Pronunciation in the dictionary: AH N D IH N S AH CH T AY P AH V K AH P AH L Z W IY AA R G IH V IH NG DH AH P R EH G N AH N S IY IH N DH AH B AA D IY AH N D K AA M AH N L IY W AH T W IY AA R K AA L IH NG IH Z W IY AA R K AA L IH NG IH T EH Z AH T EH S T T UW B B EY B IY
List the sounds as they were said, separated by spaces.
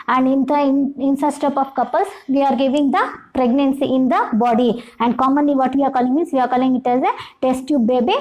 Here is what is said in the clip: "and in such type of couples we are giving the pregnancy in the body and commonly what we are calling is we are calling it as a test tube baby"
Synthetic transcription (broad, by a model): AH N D IH N S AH S T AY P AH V K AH P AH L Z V IY AA R G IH V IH NG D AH P R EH G N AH N S IY IH N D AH B AA D IY AH N D K AA M AH N L IY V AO T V IY AA R K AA L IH NG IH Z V IY AA R K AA L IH NG IH T EH Z AH T EH S T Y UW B B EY B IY